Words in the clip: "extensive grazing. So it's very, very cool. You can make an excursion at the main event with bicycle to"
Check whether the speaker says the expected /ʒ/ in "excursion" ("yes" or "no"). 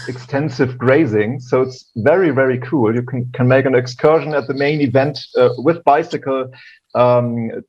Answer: yes